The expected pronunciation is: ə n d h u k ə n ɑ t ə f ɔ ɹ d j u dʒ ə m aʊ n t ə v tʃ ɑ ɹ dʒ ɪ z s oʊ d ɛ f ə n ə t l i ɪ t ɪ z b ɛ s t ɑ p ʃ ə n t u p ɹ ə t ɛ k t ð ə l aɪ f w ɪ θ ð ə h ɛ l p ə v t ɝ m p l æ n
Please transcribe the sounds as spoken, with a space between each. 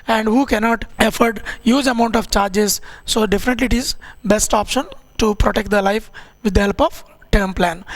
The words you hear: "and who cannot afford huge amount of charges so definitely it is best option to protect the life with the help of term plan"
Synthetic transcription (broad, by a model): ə n d h u k ə n ɑ t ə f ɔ ɹ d j u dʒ ə m aʊ n t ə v tʃ ɑ ɹ dʒ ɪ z s oʊ d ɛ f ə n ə t l i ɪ t ɪ z b ɛ s t ɑ p ʃ ə n t u p ɹ ə t ɛ k t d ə l aɪ f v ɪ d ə h ɛ l p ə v t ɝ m p l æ n